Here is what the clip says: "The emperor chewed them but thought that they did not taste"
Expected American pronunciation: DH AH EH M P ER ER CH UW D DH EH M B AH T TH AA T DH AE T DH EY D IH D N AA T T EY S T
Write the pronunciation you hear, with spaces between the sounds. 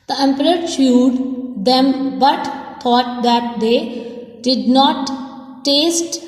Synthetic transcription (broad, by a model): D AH EH M P ER ER SH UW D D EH M B AH T T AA T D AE T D EY D IH D N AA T T EY S T